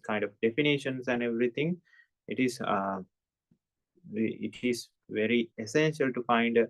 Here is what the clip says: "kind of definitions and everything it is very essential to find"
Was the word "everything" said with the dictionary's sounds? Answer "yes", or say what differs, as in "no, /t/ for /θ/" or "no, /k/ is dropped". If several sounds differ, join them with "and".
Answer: no, /t/ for /θ/